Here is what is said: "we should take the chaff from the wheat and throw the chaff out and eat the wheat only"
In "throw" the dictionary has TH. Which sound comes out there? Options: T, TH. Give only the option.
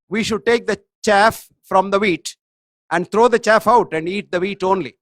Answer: T